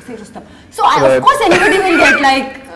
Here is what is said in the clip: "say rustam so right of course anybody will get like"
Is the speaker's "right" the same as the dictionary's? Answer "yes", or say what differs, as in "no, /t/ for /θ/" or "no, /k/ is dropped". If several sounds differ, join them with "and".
no, /t/ is dropped